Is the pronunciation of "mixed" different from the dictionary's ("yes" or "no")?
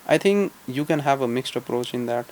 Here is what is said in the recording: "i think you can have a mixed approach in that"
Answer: no